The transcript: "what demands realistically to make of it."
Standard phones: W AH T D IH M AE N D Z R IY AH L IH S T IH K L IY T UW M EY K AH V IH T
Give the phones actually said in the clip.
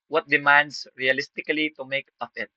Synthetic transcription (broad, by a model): W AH T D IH M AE N D S R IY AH L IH S T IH K L IY T UW M EY K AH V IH T